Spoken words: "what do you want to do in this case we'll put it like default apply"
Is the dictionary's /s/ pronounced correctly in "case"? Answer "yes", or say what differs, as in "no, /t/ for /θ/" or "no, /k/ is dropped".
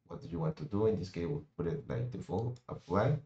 no, /s/ is dropped